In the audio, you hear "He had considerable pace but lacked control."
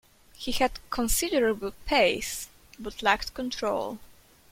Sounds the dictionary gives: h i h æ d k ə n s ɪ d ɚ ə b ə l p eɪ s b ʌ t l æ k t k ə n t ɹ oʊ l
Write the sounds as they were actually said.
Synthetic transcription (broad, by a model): h i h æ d k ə n s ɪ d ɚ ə b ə l p eɪ s b ʌ t l æ k t k ə n t ɹ oʊ l